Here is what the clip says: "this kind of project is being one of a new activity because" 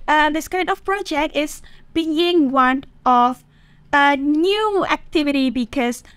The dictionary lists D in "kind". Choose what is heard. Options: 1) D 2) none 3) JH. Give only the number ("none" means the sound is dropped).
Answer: 2